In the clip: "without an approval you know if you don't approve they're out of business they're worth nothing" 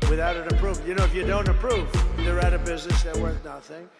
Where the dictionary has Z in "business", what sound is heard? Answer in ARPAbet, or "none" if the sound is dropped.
Z